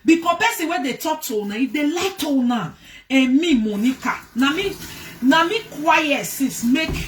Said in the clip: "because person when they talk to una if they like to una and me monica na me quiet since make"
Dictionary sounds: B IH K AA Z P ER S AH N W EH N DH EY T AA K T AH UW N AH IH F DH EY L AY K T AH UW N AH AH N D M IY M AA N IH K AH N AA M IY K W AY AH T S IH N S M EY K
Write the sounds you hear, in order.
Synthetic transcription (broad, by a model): B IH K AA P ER S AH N W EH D EY T AA K T AH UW N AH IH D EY L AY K T AH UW N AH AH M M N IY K AA N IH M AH N AA M IY K W AY AH T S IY S M EY K